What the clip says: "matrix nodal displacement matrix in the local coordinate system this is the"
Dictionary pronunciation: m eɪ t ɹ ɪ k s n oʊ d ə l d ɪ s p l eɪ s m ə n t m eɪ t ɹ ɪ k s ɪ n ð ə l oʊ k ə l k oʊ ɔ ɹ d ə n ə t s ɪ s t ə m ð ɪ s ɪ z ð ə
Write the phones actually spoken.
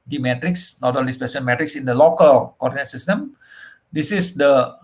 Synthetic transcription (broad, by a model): m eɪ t ɹ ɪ k s n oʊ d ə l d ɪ s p eɪ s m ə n m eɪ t ɹ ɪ k s ɪ n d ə l oʊ k ə l k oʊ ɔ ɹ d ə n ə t s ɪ s t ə m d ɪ s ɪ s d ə